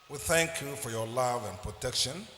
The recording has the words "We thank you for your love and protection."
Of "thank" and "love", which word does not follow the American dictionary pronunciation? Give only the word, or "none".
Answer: none